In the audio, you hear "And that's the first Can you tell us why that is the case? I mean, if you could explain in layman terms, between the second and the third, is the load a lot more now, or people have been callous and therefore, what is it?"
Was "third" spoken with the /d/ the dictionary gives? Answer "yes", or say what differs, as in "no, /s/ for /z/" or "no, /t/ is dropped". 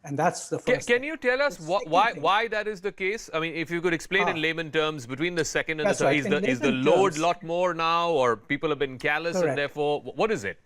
no, /d/ is dropped